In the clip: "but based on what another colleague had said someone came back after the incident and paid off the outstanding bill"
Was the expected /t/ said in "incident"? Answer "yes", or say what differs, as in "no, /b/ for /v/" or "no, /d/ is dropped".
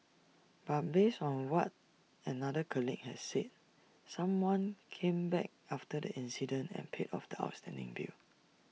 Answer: yes